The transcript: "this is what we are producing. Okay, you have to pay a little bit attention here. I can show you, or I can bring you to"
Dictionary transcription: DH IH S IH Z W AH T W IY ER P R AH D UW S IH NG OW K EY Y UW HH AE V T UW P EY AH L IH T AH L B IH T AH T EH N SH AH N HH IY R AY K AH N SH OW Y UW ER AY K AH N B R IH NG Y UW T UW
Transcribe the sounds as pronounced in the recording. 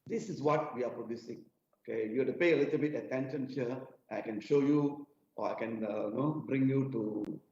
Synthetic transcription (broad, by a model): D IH S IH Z W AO T W IY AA P R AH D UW S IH NG OW K EY Y UW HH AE T UW P EY AH L IH T AH L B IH T AH T EH N SH AH N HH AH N AY K AH N SH OW Y UW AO AY K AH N B R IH NG Y UW T UW